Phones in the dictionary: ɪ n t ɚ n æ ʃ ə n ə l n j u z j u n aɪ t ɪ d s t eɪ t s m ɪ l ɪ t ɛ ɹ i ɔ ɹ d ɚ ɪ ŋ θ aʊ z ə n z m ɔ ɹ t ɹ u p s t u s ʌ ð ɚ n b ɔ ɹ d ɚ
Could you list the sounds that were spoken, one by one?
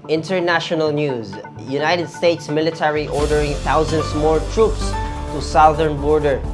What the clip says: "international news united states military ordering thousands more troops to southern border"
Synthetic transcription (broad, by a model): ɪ n t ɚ n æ ʃ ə n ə l n j u z j u n aɪ t ɪ d s t eɪ t s m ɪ l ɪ t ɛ ɹ i ɔ ɹ d ɚ ɪ ŋ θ aʊ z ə n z m ɔ ɹ t ɹ u p s t u s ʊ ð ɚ n b ɔ ɹ d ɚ